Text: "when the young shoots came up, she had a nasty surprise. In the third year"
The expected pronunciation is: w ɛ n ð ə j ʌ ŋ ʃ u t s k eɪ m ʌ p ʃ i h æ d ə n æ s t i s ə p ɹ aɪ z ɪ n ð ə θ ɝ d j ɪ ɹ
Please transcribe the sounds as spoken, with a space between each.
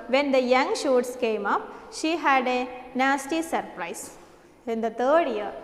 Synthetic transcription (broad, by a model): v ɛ n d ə j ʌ ŋ ʃ u t s k eɪ m ʌ p ʃ i h æ d ə n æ s t i s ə p ɹ aɪ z ɪ n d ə t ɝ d j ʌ ɹ